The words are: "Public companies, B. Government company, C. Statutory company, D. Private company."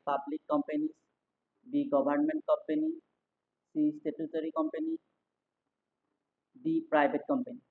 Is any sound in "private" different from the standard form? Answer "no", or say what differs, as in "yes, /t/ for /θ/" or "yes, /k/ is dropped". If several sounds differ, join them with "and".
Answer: yes, /b/ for /v/